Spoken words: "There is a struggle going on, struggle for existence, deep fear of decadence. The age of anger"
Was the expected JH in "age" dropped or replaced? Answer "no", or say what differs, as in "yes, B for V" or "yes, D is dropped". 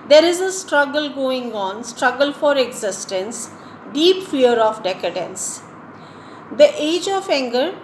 no